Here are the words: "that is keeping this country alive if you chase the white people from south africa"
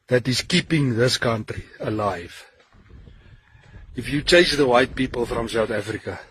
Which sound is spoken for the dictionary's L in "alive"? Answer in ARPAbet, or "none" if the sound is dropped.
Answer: L